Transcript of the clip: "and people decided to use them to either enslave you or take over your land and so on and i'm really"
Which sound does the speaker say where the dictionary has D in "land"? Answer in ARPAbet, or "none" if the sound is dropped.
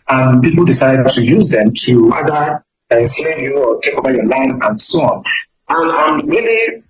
none